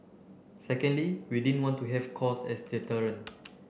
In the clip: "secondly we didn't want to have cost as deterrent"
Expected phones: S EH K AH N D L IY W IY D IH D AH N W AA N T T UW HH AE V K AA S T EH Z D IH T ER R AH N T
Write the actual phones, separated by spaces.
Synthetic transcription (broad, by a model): S EH K AH N D L IY W IY D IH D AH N W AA N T T UW HH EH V K AA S EH S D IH T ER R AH N